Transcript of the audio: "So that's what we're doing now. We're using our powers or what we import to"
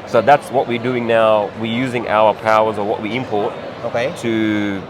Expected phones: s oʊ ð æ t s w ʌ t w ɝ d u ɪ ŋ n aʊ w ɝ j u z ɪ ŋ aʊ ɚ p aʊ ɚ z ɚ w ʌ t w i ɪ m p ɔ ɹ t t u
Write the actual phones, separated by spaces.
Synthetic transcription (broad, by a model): s oʊ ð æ t s w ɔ t w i d u ɪ ŋ n aʊ w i j u z ɪ ŋ aʊ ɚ p aʊ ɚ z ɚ w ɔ t w i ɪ m p ɔ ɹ t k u